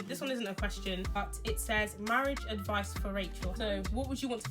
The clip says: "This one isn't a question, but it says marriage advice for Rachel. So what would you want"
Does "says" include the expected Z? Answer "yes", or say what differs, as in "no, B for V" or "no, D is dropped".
yes